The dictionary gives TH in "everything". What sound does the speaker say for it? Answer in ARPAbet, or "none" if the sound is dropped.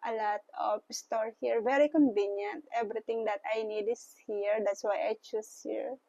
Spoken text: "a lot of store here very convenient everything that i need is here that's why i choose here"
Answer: T